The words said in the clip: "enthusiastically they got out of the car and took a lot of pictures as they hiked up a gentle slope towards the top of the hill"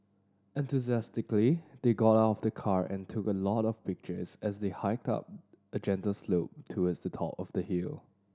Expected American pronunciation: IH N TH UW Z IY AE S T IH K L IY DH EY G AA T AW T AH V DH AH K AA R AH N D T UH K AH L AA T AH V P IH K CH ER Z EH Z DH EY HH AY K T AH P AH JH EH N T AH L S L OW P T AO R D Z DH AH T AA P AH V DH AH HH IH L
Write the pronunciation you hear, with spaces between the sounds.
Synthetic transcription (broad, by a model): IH N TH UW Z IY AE S T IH K L IY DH EY G AA T AW T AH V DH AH K AA R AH N T UH K AH L AA T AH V P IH K CH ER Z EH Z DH EY HH AY K T AH P AH JH EH N T AH L S L OW P T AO W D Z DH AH T AA P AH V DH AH HH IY L